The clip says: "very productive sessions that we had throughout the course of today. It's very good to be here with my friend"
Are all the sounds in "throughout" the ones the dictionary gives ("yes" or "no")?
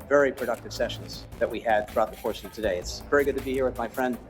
yes